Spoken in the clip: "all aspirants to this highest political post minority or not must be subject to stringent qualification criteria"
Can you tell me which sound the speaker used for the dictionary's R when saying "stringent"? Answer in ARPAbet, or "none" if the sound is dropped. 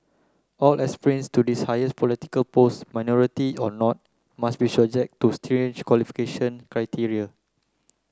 none